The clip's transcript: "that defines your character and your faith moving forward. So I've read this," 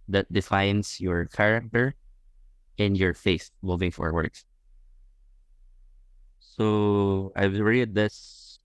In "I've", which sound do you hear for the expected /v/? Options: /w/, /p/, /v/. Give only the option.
/w/